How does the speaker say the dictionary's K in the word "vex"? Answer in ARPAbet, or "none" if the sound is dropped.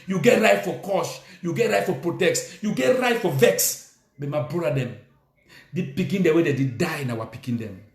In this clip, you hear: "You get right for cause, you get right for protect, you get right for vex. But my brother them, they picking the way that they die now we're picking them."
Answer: K